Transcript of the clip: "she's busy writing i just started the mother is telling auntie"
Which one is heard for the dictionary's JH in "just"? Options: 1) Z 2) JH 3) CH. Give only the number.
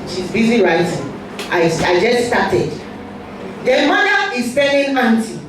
2